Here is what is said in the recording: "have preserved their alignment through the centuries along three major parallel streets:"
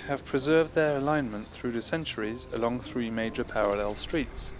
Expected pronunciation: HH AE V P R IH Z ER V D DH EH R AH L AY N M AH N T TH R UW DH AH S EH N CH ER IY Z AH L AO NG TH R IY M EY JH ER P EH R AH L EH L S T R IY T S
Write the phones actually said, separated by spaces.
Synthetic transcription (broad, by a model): HH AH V P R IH Z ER V D DH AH R AH L AY N M AH N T TH R UW DH AH S EH N CH ER IY Z AH L AO NG TH R IY M EY JH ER P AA R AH L EH L S T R IY T S